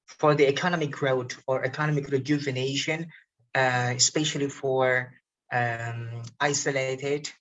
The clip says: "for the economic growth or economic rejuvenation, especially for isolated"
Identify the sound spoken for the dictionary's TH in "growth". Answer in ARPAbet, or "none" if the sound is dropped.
T